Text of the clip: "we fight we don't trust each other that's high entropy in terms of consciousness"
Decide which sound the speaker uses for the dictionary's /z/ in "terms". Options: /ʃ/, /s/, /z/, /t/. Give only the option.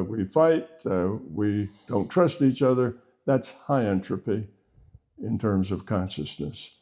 /z/